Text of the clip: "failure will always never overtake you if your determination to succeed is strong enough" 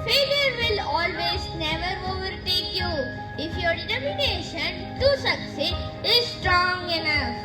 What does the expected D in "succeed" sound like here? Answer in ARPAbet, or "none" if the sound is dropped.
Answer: none